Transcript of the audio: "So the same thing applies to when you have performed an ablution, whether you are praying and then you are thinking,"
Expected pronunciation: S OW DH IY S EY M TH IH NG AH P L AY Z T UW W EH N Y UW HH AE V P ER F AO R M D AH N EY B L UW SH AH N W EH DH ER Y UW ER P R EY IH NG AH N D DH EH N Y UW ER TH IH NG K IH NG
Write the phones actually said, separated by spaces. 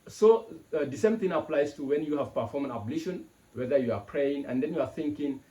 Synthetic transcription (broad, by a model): S OW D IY S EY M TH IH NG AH P L AY S T UW W EH N Y UW HH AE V P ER F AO M AH N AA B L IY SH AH N W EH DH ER Y UW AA P R EY IH NG AH N D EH N Y UW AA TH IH NG K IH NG